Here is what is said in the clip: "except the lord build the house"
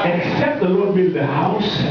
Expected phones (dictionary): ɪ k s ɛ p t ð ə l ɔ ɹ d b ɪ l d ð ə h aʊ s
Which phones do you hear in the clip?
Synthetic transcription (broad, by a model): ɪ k s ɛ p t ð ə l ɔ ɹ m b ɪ d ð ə h aʊ s